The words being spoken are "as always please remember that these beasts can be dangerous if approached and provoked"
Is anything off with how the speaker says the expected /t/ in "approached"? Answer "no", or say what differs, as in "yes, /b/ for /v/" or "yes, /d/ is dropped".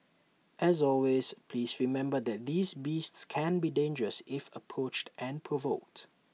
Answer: no